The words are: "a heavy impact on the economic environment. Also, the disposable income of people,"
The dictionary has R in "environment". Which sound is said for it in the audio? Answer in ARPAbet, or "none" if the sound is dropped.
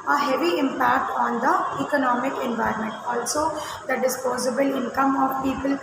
R